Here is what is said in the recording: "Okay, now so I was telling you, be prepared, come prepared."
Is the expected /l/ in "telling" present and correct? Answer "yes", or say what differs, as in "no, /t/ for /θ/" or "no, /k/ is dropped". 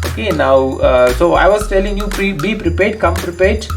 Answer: yes